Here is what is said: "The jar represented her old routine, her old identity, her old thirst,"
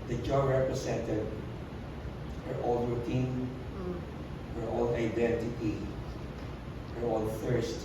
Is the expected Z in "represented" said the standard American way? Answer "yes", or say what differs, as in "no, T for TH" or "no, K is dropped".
no, S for Z